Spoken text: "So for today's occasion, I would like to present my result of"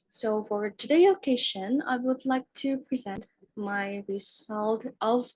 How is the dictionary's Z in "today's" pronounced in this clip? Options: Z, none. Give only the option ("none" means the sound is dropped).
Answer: none